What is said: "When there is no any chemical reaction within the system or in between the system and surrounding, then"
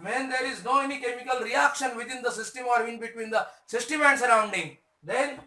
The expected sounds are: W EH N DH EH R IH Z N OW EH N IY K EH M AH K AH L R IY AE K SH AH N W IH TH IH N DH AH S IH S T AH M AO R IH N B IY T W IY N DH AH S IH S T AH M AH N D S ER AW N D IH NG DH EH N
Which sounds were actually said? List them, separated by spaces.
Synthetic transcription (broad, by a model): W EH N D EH R IH Z N OW EH N IY K EH M AH K AH L R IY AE K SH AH N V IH T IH N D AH S IH S T AH M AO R IH N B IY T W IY N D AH S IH S T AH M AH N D S ER AW N D IH NG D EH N